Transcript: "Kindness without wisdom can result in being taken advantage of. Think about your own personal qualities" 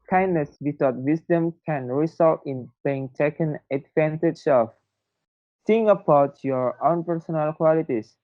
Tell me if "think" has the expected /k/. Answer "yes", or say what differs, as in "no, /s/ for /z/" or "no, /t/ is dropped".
no, /k/ is dropped